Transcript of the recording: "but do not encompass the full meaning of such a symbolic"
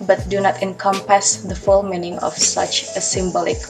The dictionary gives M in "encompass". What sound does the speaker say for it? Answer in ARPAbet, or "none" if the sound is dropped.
M